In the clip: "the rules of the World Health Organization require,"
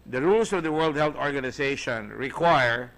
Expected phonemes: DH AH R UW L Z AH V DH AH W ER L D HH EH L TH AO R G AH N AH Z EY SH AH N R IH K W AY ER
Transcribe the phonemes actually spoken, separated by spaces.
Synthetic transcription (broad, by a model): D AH R UW L S AH V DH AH W ER L D HH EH L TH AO R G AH N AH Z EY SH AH N R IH K W AY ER